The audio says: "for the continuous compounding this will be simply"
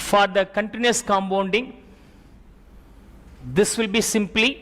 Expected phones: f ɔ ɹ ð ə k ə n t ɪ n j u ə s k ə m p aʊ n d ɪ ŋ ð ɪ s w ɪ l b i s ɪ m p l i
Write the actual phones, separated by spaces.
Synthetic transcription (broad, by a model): f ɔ ɹ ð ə k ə n t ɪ n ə s k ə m b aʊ n d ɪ ŋ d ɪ s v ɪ l b i s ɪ m p l i